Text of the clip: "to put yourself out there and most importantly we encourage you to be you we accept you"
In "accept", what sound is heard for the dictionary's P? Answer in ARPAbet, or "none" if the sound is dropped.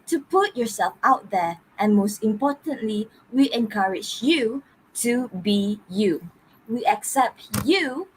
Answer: P